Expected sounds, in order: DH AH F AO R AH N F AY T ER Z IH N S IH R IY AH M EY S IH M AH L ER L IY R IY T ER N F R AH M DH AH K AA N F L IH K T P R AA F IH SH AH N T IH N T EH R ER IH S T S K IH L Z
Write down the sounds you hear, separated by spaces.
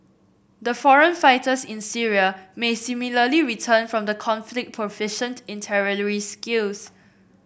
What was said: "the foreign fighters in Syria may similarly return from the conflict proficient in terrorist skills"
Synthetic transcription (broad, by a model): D AH F AO R AH N F AY T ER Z IH N S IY R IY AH M EY S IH M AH L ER L IY R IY T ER N F R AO M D AH K AA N F L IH K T P R AA F IH SH AH N T IH N T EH R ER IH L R S K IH L S